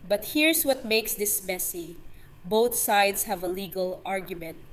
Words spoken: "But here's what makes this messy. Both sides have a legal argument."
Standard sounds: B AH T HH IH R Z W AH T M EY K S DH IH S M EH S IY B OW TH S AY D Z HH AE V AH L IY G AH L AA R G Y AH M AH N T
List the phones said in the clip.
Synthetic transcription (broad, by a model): B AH T HH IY R S W AH T M EY K S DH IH S M EH S IY B OW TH S AY D S HH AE V AH L IY G AH L AA R G Y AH M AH N T